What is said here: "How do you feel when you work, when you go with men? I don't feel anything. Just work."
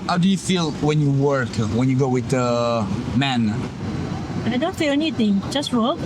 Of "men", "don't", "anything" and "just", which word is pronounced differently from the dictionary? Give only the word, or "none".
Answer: anything